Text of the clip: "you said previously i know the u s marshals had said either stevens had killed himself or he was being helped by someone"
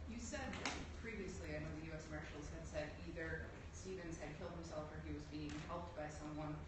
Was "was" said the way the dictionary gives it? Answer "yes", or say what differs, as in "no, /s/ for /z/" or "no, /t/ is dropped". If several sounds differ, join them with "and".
yes